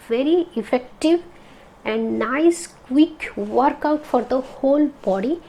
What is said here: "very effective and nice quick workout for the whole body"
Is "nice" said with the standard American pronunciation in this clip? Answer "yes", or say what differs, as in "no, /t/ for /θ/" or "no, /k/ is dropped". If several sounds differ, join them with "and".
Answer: yes